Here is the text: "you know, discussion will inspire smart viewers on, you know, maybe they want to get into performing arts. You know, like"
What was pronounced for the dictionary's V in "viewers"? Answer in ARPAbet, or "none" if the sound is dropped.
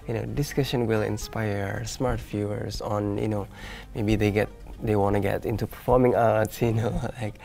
F